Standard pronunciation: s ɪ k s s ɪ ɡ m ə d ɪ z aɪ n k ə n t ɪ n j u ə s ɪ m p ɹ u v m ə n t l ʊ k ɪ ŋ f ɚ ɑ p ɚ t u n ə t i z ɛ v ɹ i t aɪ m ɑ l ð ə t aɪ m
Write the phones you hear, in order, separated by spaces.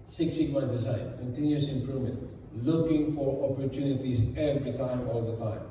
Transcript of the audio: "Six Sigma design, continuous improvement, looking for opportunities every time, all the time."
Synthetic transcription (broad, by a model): s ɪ k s s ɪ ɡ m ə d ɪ s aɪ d k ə n t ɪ n j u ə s ɪ m p ɹ u v m ə n t l ʊ k ɪ ŋ f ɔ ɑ p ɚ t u n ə t i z ɛ v ɹ i t aɪ m ɑ l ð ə t aɪ m